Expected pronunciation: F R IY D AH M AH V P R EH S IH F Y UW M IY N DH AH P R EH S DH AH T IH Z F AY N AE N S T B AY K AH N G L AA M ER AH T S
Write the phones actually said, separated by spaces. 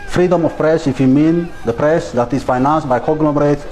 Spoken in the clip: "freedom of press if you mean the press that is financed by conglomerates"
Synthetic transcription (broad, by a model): F R IY D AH M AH F P R EH S IH F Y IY M IY N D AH P R EH S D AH T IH S F AY N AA N S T B AY K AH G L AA M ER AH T